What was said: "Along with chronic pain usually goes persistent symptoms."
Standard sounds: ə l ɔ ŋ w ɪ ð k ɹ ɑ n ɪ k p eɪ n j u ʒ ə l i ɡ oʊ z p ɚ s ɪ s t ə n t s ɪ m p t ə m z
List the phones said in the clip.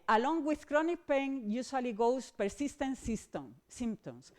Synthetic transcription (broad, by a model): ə l ɔ ŋ w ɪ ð k ɹ ɑ n ɪ k p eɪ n j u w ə l i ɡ oʊ s p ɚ s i s t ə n t s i m p t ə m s